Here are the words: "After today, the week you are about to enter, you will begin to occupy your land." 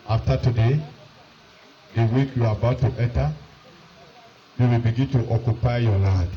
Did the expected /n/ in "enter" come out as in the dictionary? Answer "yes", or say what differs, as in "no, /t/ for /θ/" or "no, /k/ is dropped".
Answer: no, /n/ is dropped